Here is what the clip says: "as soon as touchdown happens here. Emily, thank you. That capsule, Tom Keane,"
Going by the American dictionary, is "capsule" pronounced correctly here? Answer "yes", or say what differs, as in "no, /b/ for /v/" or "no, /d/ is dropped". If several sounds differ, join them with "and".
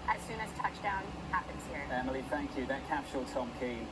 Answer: no, /ʃ/ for /s/